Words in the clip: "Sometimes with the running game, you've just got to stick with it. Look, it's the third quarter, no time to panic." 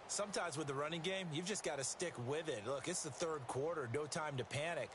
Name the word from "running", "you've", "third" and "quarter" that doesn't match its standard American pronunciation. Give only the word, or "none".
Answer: none